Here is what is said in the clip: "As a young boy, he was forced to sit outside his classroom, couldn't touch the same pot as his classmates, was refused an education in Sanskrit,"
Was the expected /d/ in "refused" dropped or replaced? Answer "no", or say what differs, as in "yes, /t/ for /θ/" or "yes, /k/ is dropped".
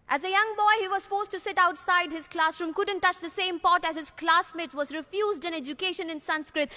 no